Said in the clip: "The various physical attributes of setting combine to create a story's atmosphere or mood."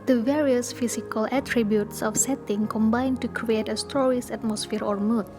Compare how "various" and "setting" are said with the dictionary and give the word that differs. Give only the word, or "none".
none